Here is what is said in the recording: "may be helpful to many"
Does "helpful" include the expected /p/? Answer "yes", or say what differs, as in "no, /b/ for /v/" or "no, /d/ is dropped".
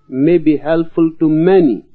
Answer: no, /p/ is dropped